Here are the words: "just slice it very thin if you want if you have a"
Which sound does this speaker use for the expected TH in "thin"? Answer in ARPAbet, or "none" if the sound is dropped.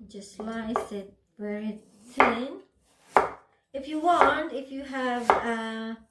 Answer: T